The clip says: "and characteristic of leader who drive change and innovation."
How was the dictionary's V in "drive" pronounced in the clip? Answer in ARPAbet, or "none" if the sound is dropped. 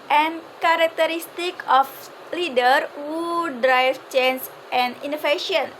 F